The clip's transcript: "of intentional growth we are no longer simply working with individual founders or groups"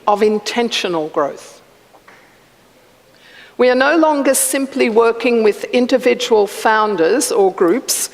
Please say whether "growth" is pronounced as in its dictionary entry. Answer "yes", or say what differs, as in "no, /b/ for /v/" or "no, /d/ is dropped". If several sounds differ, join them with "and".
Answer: yes